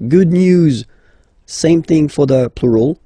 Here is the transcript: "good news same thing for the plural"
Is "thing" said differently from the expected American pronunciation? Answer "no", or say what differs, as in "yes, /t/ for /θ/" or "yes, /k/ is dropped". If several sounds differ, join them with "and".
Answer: no